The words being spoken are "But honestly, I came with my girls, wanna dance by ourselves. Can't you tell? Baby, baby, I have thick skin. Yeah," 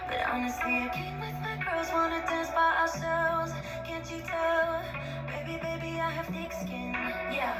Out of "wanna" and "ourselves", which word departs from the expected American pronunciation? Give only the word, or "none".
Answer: ourselves